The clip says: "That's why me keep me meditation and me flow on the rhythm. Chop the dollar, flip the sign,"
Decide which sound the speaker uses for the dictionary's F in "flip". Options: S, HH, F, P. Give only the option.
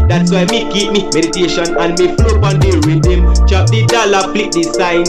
P